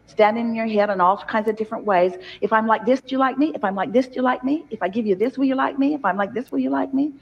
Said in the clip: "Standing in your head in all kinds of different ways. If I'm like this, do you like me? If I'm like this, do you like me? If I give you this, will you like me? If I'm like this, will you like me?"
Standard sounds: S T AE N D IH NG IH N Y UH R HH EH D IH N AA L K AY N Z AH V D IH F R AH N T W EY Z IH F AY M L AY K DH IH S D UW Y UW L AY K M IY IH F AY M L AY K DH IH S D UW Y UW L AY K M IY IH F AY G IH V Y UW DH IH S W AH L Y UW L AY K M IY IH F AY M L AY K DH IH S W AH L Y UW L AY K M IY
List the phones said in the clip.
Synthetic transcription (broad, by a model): S T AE N D IH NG IH N Y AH R HH EH D IH N AA L K AY N Z AH V D IH F R AH N T W EY Z IH F AY M L AY K DH IH S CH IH L AY K M IY IH F AY M L AY K DH IH S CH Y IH L AY K M IY IH F AY G IH V Y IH DH IH S W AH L Y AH L AY K M IY IH F AY M L AY K DH IH S W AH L Y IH L AY K M IY